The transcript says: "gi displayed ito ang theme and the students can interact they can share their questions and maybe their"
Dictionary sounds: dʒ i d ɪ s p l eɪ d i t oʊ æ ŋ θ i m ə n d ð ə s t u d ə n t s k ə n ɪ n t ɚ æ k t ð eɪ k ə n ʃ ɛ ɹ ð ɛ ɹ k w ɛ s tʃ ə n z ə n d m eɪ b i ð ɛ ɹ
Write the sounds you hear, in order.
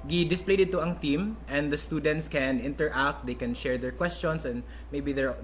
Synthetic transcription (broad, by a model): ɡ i d ɪ s p l eɪ d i t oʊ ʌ ŋ θ i m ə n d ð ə s t u d ə n t s k ə n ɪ n t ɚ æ k t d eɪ k ə n ʃ ɛ ɹ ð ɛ ɹ k w ɛ s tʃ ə n s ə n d m eɪ b i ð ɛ ɹ